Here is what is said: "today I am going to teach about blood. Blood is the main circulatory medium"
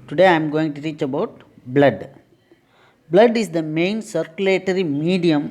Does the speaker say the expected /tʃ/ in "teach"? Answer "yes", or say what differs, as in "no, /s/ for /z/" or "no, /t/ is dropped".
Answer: yes